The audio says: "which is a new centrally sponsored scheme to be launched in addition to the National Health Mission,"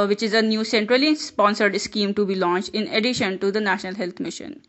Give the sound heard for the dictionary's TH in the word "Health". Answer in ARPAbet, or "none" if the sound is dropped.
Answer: T